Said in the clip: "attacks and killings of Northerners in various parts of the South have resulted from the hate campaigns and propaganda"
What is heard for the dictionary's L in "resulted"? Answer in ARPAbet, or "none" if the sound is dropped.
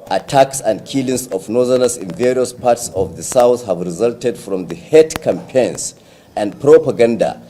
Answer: L